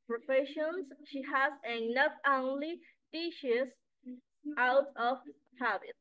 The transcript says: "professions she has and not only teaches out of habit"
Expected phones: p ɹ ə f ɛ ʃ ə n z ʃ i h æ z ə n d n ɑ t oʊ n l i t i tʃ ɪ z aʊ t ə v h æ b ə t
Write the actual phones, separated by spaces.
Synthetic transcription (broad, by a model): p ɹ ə f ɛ ʃ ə n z ʃ i h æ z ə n n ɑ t oʊ n l i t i ʃ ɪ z aʊ t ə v h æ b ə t